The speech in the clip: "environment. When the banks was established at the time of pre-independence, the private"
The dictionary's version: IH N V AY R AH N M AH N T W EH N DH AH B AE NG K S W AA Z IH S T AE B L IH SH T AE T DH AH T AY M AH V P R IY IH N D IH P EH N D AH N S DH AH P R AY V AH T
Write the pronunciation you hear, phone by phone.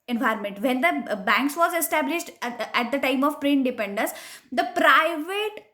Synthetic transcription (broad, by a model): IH N V AY R M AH N T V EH N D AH B AE NG K S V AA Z IH S T AE B L IH SH T AE T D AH T AY M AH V P R IY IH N D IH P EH N D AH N S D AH P R AY V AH T